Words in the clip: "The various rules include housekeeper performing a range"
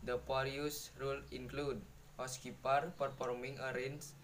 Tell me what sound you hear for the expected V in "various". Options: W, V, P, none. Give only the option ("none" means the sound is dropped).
P